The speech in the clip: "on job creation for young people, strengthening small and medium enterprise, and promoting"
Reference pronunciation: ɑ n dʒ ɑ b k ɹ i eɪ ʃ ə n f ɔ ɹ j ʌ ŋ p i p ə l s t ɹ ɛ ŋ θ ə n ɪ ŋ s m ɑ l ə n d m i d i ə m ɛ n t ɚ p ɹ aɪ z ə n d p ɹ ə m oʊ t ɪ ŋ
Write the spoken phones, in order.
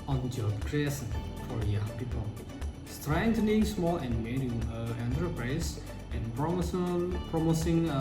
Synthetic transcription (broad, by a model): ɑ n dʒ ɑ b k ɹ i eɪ s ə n f ɔ ɹ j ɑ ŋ p i p ə l s t ɹ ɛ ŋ t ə n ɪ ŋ s m ɑ l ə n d m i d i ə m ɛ n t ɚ p ɹ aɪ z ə n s p ɹ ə m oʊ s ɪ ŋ